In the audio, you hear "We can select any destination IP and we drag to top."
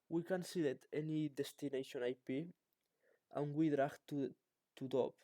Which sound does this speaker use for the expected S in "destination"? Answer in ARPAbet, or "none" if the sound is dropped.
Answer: S